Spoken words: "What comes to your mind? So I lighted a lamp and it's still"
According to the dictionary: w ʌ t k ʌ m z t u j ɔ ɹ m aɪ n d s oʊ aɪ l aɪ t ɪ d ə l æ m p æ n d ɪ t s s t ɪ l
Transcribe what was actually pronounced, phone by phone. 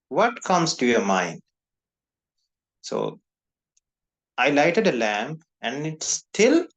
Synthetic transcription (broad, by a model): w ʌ t k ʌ m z t u j ɔ ɹ m aɪ n d s oʊ aɪ l aɪ t ɪ d ə l æ m p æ n d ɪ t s s t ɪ l